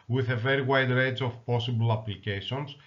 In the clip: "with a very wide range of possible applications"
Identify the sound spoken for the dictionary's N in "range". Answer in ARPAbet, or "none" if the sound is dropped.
none